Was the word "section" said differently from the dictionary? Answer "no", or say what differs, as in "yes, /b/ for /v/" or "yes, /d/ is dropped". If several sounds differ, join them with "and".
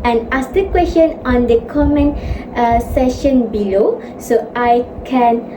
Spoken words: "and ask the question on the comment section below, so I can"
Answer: yes, /k/ is dropped